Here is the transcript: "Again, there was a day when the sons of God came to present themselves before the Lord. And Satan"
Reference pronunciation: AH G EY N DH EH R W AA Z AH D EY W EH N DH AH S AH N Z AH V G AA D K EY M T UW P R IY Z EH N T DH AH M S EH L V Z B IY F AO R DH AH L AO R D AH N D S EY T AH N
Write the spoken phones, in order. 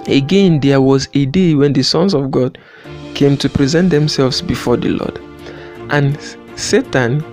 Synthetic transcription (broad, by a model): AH G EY N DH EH W AA Z AH D EY W EH N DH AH S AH N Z AH V G AA D K EY M T UW P R IY Z EH N T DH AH M S EH L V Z B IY F AO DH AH L AO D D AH N S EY T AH N